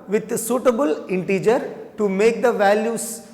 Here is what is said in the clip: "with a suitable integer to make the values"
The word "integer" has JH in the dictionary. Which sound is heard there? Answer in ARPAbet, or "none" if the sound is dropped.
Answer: JH